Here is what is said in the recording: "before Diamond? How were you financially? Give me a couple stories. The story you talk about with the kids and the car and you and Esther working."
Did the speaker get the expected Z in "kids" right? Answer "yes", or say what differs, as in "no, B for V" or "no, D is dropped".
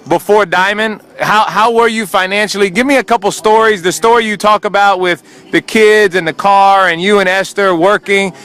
yes